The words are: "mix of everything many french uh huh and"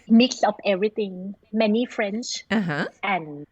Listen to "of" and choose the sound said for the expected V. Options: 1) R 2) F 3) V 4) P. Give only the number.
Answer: 4